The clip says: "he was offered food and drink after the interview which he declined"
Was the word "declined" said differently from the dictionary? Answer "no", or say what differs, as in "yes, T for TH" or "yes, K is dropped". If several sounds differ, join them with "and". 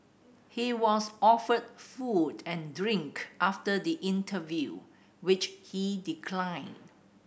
no